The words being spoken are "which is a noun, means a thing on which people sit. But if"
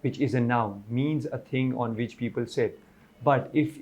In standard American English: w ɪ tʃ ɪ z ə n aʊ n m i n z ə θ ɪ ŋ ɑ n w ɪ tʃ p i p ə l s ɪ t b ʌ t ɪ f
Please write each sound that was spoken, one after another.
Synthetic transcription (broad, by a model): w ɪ tʃ ɪ z ə n aʊ n m i n z ə t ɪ ŋ ɑ n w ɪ tʃ p i p ə l s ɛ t b ʌ t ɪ f